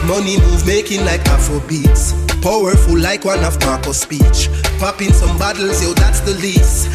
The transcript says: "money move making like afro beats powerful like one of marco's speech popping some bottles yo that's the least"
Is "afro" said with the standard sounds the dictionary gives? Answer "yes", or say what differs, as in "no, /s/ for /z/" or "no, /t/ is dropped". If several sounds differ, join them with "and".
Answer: no, /ɹ/ is dropped